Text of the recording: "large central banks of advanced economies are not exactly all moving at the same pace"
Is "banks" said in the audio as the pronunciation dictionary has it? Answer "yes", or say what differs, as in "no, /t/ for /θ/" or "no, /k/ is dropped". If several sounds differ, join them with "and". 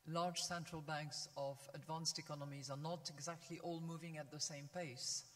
yes